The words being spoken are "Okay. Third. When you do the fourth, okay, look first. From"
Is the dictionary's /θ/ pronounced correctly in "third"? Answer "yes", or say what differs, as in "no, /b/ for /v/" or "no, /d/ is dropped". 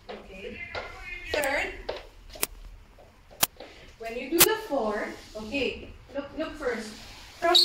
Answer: no, /s/ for /θ/